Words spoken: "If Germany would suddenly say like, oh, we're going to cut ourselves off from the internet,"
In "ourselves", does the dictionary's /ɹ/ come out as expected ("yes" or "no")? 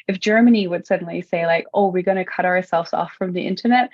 yes